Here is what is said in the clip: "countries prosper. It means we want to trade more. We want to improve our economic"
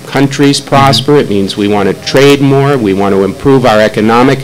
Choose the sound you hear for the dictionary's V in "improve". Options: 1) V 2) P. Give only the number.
1